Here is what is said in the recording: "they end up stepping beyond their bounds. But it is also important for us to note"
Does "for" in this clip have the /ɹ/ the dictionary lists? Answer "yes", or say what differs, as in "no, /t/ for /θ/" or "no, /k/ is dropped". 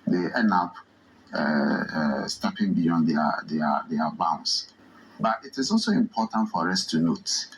yes